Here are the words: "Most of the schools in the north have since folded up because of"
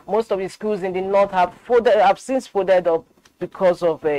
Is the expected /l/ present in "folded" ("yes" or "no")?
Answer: no